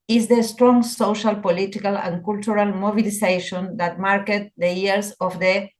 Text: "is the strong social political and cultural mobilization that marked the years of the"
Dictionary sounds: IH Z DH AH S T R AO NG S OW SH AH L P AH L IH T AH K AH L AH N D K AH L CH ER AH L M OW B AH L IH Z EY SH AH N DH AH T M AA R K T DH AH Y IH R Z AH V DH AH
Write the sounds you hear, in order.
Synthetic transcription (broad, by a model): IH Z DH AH S T R AO NG S OW SH AH L P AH L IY T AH K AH L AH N K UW L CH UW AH L M OW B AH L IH S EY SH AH N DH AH T M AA R K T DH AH Y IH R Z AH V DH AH